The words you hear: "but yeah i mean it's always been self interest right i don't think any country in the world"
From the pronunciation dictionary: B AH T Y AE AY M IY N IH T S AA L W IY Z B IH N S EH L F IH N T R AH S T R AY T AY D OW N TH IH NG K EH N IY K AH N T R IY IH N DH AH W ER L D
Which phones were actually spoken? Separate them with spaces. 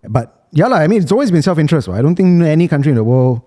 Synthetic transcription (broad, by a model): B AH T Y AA AY M IY N IH T S AA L W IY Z B IH N S EH L F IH N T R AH S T W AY AY D OW N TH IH NG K EH N IY K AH N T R IY IH N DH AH W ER L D